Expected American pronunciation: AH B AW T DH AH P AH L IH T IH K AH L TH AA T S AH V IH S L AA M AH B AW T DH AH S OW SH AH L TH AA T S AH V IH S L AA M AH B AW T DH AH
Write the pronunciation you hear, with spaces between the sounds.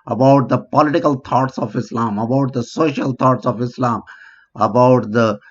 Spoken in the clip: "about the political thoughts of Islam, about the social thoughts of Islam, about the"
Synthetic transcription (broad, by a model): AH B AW T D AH P AH L IH T IH K AH L T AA T S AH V IH S L AA M AH B AW T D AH S OW SH AH L T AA T S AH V IH S L AA M AH B AW T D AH